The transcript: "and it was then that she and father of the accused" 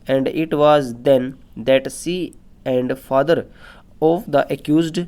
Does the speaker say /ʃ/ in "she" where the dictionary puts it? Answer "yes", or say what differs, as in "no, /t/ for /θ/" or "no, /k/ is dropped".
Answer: no, /s/ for /ʃ/